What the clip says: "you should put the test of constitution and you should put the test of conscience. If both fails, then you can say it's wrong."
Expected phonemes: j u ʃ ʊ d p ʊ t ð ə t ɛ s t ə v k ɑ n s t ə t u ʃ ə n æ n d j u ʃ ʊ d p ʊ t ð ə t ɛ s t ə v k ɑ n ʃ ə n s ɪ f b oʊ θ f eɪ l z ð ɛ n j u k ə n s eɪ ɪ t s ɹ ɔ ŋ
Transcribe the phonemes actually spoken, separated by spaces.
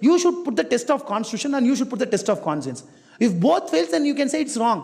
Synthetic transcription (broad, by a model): j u ʃ ʊ d p ʊ t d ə t ɛ s t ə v k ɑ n s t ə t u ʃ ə n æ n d j u ʃ ʊ d p ʊ t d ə t ɛ s t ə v k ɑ n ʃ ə n s ɪ f b oʊ t f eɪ l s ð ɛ n j u k ə n s eɪ ɪ t s ɹ ɔ ŋ